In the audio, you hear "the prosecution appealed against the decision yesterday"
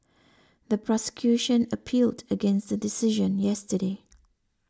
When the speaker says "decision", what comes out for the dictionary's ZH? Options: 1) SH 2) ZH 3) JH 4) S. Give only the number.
2